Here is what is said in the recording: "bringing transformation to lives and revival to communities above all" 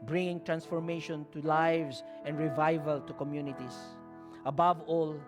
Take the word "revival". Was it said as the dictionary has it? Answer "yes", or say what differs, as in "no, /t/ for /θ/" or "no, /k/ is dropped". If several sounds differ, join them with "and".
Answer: yes